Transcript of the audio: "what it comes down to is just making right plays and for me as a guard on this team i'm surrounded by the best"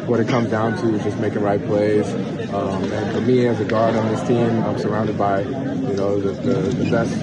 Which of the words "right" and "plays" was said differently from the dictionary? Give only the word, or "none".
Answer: plays